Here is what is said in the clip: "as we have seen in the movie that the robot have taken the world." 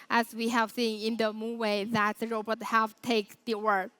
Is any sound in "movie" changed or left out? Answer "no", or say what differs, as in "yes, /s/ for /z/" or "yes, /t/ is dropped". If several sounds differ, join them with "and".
yes, /w/ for /v/